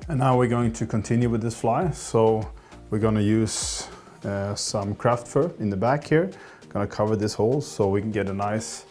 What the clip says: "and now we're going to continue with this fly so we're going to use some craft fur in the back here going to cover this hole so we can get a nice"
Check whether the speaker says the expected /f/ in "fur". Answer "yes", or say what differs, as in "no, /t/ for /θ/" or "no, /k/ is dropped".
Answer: yes